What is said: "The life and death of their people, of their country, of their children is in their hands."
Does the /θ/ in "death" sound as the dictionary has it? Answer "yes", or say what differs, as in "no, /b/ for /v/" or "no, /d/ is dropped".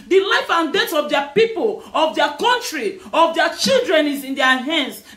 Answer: no, /t/ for /θ/